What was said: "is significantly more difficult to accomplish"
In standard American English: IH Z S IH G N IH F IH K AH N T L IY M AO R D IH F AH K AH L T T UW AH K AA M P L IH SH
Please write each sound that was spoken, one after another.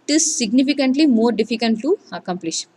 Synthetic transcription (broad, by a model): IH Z S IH G N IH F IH K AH N T L IY M AO R D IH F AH K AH N T T UW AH K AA M P L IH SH